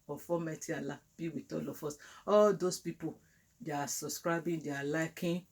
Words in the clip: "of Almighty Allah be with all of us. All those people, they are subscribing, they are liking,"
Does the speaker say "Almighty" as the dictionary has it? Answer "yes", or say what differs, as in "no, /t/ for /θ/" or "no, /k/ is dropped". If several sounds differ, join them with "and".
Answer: no, /l/ is dropped